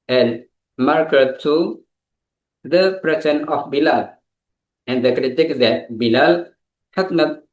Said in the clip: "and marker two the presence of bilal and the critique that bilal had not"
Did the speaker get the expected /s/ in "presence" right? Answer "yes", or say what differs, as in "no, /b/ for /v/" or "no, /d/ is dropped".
no, /s/ is dropped